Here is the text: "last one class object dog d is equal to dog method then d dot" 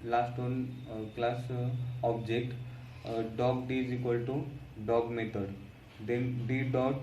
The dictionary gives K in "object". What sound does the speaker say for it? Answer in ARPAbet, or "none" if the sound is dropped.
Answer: K